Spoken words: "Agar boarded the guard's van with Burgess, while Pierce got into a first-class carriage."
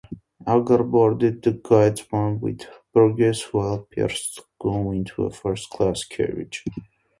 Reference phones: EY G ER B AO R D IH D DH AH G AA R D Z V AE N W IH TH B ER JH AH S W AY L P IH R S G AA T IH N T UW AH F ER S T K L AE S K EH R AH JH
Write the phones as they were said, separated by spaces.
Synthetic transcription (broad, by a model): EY G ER B AO R D IH D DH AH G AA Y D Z W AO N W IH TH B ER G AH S W AY L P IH R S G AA IH N T UW AH F ER S T K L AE S K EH R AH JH